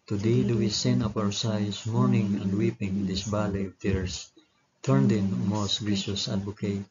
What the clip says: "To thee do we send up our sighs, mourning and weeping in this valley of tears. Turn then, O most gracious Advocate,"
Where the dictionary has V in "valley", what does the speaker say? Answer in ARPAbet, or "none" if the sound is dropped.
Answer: B